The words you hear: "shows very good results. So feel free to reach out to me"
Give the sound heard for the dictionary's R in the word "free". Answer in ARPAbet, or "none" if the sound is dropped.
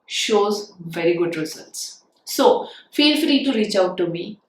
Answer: L